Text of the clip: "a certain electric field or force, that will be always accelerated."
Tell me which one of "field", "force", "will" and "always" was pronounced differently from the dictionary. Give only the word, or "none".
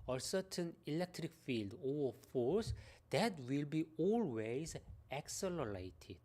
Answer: none